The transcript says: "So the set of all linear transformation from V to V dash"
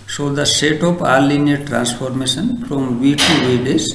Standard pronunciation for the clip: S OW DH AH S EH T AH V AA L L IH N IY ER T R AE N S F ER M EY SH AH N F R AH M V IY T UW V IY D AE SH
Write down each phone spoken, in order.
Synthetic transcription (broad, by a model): S OW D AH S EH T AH P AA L L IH N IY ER T R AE N S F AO M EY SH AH N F R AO M V IY T UW V IY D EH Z